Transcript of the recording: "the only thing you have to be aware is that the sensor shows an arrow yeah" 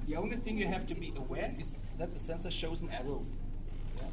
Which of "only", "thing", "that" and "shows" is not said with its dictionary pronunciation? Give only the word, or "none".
none